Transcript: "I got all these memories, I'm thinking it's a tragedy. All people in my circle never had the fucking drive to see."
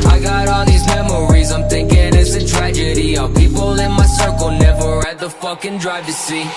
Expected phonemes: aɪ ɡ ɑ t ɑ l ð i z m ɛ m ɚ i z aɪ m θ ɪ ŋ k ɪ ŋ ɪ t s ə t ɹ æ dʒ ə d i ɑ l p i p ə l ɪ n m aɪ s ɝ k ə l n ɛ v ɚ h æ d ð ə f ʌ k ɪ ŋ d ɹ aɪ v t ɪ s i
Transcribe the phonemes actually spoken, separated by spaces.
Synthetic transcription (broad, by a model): aɪ ɡ ɑ t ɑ ð i z m ɛ m ɚ i z aɪ m θ ɪ ŋ k ɪ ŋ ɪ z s ə t ɹ æ dʒ ə d i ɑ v p i p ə l ɪ n m aɪ s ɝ k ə l n ɛ v ɚ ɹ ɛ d ð ə f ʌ k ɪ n d ɹ aɪ v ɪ s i